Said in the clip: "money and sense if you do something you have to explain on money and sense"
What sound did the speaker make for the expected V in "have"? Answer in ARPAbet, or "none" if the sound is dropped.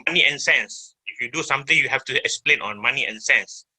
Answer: F